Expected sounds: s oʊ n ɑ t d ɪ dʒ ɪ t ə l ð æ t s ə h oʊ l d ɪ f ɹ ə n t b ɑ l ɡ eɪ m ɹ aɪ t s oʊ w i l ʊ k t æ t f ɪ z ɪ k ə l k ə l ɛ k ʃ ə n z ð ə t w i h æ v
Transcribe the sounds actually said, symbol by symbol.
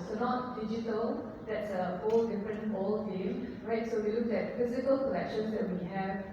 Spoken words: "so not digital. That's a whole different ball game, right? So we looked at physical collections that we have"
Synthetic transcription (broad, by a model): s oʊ n ɑ t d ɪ dʒ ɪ t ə l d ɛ t s ə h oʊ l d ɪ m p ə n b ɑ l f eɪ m ɹ aɪ t s oʊ w i l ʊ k ɛ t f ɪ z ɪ k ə l k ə l ɛ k ʃ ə n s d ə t w i h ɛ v